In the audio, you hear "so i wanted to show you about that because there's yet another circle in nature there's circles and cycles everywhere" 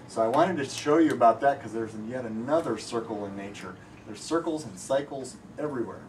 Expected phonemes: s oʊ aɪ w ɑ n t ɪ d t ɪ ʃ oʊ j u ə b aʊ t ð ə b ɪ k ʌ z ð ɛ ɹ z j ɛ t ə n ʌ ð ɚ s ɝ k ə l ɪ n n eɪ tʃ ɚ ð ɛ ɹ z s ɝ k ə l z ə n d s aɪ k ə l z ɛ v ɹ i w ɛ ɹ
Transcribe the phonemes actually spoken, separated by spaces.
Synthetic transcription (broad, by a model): s oʊ aɪ w ɑ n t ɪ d t ɪ ʃ oʊ j ə b aʊ t ð ə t k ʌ z ð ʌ ɹ z j ɛ t ə n ʌ ð ɚ s ɝ k l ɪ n n eɪ tʃ ɚ ð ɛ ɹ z s ɝ k l z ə n s aɪ k l z ɛ v ɹ i w ɛ ɹ